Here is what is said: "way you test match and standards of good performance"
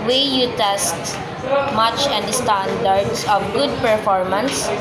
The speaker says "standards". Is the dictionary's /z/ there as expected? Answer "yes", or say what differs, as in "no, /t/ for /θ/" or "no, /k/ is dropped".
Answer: no, /s/ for /z/